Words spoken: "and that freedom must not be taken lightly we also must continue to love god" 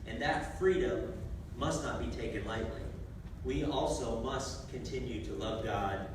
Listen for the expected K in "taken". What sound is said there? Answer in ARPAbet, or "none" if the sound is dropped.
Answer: K